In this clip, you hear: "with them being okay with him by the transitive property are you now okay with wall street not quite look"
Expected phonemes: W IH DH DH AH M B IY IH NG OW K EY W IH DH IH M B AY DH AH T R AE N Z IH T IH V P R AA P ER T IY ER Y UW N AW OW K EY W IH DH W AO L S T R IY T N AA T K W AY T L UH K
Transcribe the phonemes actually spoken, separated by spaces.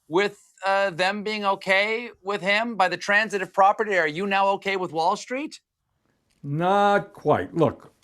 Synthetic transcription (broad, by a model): W IH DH DH AH M B IY IH NG OW K EY W IH DH IH M B AY DH AH T R AE N Z IH T IH V P R AA P ER T IY ER Y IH N AW OW K EY W IH DH W AO L S T R IY T N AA T K W AY T L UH K